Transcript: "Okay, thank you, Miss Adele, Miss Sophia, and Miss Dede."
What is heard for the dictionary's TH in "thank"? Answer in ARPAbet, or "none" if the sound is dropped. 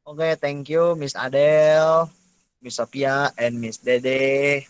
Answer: T